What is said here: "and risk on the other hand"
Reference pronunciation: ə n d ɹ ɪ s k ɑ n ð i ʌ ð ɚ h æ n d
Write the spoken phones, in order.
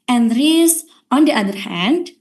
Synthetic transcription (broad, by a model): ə n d ɹ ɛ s ɑ n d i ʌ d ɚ h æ n d